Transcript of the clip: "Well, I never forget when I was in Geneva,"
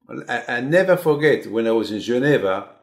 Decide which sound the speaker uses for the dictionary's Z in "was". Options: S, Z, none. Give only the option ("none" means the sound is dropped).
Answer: Z